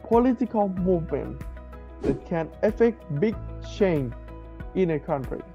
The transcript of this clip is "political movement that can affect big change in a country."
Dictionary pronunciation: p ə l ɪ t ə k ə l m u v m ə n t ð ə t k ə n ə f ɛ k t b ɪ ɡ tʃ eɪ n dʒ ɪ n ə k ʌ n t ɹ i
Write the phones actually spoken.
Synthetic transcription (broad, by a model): p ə l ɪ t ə k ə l m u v m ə n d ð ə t k ə n ə f ɛ k t b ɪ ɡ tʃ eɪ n ɪ n ə k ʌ n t ɹ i